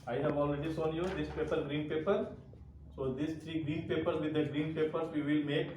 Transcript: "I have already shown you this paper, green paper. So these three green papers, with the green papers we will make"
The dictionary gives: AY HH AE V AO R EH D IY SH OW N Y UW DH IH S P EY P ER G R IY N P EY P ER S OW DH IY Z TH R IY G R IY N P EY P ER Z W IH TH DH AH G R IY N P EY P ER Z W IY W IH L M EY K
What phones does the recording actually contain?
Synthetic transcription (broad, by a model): AY HH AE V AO L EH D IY S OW N Y UW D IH S P EY P ER G R IY N P EY P ER S OW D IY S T R IY G R IY N P EY P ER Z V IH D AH G R IY N P EY P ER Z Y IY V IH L M EY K